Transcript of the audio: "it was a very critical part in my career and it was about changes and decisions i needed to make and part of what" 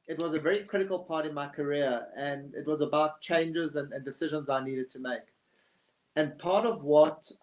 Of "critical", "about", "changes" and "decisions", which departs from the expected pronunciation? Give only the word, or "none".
none